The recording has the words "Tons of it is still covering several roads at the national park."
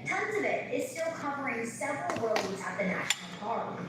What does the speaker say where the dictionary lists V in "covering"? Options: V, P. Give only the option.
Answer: P